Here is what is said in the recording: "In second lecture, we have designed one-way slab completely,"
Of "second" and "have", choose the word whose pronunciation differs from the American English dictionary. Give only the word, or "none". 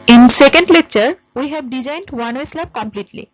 have